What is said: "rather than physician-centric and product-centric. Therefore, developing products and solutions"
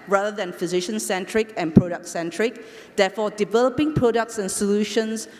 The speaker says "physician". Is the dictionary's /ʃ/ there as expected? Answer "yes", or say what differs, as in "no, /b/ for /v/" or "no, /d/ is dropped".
yes